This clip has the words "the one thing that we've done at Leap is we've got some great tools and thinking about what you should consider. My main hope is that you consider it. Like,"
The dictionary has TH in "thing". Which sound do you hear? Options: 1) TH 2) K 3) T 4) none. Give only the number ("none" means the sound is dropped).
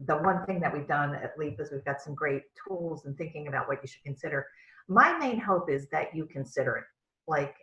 1